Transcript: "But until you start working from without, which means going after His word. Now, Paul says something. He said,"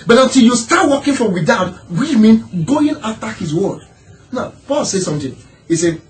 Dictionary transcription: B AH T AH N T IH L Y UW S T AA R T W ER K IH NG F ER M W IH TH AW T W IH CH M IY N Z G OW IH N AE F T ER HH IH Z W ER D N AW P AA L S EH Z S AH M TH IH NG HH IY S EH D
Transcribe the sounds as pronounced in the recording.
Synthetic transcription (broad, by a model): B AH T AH N T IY L Y UW S T AA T W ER K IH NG F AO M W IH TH AW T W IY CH M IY N G OW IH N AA F T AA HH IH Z W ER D N AW P AA L S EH S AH M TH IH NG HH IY S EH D